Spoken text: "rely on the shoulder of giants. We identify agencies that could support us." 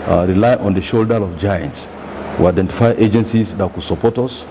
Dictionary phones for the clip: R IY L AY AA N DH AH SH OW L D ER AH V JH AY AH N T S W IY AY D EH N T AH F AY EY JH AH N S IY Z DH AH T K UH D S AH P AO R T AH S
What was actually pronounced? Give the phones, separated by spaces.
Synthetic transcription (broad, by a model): R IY L AY AA N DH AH SH OW L D ER AH V JH AY AH N T S W IY AY D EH N T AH F AY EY JH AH N S IY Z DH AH T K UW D S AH P AO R T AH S